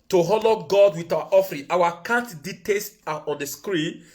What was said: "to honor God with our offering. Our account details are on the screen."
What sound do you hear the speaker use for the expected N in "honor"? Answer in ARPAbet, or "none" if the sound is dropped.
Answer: L